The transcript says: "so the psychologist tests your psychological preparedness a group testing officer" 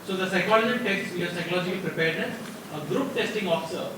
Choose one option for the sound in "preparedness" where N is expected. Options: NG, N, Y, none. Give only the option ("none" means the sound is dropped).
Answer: none